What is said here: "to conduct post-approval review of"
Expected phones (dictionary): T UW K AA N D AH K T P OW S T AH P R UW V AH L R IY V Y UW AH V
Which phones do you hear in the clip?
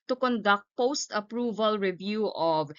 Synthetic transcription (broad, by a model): T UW K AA N D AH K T P OW S T AH P R UW V AH L R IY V Y UW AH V